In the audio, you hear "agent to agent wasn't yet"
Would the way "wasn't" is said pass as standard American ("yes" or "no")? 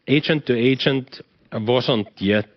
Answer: no